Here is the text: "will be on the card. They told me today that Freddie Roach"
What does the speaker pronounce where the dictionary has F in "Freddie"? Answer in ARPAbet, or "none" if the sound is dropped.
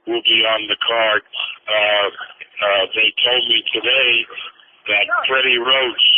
P